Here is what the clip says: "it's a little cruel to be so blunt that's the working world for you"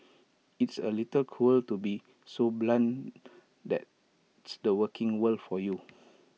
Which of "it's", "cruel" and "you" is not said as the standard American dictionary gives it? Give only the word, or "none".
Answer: cruel